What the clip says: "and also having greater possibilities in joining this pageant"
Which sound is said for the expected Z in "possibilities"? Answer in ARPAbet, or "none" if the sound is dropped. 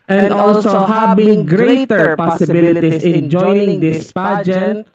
S